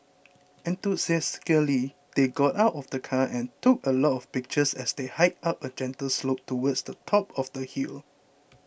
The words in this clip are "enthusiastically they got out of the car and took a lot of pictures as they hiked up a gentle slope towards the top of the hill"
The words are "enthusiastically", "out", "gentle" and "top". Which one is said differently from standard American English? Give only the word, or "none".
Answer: enthusiastically